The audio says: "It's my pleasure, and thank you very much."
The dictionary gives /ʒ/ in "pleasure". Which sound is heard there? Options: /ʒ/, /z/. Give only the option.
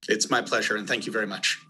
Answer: /ʒ/